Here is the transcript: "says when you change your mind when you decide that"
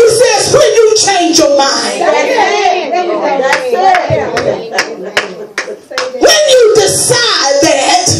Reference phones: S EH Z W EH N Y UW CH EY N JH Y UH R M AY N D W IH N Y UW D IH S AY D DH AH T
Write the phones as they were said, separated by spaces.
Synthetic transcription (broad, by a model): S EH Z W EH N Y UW CH EY N JH Y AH R M AY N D W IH N Y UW D IH S AY D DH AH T